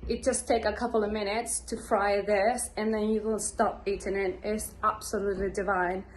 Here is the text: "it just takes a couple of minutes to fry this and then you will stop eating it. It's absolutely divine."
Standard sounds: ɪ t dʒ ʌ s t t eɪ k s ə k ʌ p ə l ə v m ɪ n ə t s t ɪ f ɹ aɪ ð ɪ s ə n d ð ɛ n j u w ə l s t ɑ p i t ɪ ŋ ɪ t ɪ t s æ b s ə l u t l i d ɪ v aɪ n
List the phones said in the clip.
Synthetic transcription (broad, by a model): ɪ t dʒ ʌ s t t eɪ k ə k ʌ p l ə v m ɪ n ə t s t ɪ f ɹ aɪ ð ɪ s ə n ð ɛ n j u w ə n s t ɑ p i t ɪ ŋ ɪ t ɪ t s æ b s ə l u t l i d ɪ v aɪ n